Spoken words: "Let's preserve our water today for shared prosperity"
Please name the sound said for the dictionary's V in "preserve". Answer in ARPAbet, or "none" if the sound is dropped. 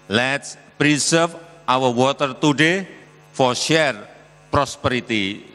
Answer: F